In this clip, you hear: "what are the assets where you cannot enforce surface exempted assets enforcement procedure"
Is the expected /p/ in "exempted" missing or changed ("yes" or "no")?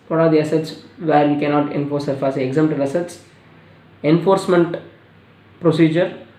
yes